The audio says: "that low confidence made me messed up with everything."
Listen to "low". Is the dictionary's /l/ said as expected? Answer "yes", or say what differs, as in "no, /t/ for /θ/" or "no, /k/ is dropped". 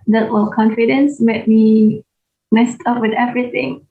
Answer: no, /w/ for /l/